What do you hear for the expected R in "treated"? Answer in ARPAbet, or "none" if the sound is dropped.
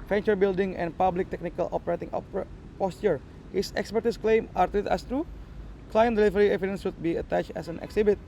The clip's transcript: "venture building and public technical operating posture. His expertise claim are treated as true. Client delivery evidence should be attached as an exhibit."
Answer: none